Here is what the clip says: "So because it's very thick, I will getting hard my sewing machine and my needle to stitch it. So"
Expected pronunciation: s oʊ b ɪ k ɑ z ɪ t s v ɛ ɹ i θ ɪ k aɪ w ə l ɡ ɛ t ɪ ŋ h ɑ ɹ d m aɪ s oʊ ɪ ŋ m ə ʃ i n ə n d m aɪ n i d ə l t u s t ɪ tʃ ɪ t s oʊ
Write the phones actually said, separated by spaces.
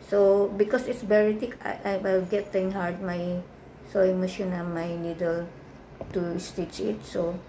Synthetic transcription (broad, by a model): s oʊ b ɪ k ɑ s ɪ t s b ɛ ɹ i t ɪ k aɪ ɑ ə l ɡ ɛ t ɪ ŋ h ɑ ɹ d m aɪ s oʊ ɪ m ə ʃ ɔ n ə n m aɪ n i d ə l t u s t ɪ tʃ ɪ t s oʊ